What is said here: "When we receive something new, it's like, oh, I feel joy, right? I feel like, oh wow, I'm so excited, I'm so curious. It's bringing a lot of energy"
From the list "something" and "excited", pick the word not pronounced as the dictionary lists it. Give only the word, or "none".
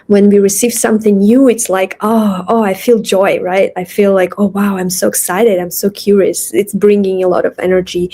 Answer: none